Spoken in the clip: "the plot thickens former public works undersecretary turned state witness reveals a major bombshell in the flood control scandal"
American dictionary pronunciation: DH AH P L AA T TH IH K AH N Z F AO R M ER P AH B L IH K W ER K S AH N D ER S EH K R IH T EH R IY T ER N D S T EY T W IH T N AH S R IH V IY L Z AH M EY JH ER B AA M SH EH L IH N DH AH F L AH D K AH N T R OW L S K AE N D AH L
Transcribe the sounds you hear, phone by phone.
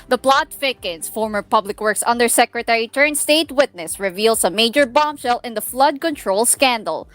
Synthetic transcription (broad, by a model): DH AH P L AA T F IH K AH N S F AO R M ER P AH B L IH K W ER K S AH N D ER S EH K R IH T EH R IY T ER N S T EY T W IH T N AH S R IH V IY L S AH M EY JH ER B AA M SH EH L IH N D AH F L AH D K AH N T R OW L S K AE N D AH L